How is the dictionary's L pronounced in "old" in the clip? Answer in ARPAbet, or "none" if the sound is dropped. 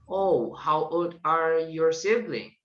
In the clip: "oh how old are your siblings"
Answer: none